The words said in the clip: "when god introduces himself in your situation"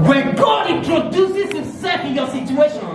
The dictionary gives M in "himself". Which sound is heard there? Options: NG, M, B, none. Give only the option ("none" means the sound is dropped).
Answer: none